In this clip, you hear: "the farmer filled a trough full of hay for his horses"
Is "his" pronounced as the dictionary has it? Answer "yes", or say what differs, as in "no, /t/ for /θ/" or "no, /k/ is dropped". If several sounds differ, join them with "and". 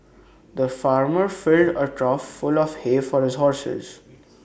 yes